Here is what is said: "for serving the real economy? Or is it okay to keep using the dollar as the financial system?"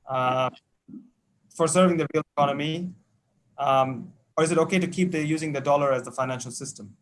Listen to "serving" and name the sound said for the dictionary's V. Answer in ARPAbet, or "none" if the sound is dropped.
V